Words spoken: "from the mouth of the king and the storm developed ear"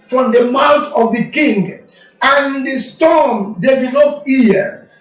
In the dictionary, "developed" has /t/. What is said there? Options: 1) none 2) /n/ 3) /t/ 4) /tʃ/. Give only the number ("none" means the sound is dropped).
1